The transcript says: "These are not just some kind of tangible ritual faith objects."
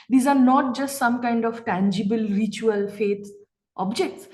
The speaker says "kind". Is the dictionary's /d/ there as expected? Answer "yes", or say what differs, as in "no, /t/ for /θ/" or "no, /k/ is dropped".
yes